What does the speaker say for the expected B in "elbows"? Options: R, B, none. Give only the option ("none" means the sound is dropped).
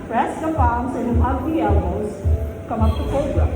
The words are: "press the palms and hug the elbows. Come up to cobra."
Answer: none